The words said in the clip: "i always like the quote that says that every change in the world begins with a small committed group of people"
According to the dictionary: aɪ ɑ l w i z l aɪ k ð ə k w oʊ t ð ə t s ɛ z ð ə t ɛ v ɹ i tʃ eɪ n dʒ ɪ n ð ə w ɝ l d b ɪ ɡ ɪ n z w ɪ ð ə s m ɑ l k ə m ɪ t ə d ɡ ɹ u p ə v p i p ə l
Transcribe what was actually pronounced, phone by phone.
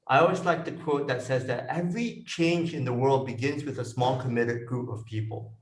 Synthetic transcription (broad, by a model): aɪ ɑ l w i z l aɪ k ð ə k w oʊ t ð ə t s ɛ z ð ə t ɛ v ɹ i tʃ eɪ n dʒ ɪ n ð ə w ɝ l d b ɪ ɡ ɪ n z w ɪ ð ə s m ɑ l k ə m ɪ t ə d ɡ ɹ u p ə v p i p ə l